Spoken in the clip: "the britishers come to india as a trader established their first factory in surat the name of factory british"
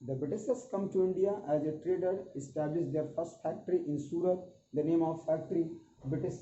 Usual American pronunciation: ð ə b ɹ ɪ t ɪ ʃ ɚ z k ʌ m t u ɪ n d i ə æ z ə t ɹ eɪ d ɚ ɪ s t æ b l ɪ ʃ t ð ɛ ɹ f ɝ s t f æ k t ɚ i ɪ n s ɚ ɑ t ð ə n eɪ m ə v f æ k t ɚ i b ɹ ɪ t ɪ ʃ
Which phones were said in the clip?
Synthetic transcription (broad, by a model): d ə b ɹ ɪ t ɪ s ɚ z k ʌ m t u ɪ n d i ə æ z ə t ɹ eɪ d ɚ ɪ s t æ b l ɪ ʃ t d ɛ ɹ f ɝ s t f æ k t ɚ i ɪ n s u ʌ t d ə n eɪ m ə v f æ k t ɚ i b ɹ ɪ t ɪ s